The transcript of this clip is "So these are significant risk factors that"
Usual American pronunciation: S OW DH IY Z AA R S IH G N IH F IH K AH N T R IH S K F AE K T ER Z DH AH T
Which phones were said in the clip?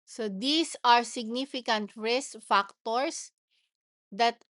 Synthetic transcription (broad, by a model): S OW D IY S AA R S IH G N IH F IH K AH N T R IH S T F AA K T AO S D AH T